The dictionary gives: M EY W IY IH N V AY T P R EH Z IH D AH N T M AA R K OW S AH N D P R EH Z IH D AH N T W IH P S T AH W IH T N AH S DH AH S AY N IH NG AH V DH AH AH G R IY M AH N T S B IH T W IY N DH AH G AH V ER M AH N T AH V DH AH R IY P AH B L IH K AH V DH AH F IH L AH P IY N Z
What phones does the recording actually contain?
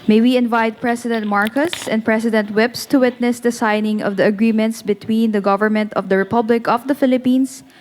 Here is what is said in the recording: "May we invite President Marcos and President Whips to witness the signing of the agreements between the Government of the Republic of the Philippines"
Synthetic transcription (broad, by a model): M EY W IY IH N V AY T P R EH S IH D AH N T M AA R K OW S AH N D P R EH S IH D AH N T W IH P S T AH W IH T N AH S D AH S AY N IH NG AH V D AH AH G R IY M AH N T S B IH T W IY N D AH G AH V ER M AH N T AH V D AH R IY P AH B L IH K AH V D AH F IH L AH P IY N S